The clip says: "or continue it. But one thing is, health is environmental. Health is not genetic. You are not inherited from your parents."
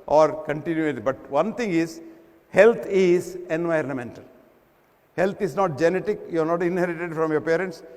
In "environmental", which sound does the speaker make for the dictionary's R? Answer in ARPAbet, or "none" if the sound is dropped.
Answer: R